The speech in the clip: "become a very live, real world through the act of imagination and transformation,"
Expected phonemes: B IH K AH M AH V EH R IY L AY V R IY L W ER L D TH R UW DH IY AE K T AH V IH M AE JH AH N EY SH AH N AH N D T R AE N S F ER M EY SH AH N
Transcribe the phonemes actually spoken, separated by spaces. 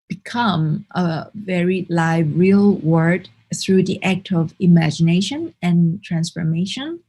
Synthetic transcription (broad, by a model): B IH K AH M AH V EH R IY L AY V R IY L W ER D TH R UW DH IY AE K T AH V IH M AE JH AH N EY SH AH N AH N T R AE N S F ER M EY SH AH N